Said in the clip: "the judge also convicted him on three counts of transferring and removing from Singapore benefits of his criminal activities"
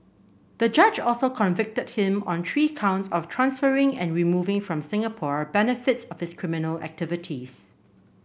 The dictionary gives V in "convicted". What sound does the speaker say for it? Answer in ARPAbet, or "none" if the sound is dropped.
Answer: V